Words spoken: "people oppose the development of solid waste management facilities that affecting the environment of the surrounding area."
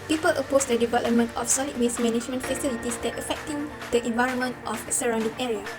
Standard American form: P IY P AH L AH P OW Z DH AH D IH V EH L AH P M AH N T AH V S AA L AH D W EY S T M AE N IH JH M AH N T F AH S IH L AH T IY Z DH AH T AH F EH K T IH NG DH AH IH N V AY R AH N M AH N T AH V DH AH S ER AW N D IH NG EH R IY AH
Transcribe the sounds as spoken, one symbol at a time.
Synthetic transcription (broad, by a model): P IY P AH L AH P OW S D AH D IH V EH L AH P M AH N T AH F S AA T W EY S M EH N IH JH M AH N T F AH S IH L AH T IY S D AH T AH F EH K T IH NG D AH IH N V AY R AH N M AH N T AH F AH S ER AW N D IH NG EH R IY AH